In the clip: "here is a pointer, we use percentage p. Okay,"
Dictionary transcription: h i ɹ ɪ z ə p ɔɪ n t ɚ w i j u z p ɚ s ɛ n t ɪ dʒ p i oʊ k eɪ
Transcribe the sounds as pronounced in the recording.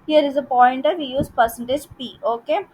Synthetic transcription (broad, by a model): h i ɹ ɪ z ə p ɔɪ n t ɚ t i j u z p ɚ s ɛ n t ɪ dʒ p i oʊ k eɪ